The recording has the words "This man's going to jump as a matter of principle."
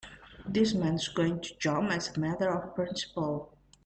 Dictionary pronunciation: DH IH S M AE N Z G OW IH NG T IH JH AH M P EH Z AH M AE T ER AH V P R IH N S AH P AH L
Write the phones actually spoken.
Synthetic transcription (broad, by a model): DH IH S M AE N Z G OW IH NG T IH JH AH M EH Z AH M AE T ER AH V P R IH N S AH P AH L